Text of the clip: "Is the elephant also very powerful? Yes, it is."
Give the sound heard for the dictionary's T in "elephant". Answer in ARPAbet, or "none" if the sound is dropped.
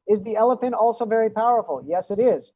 T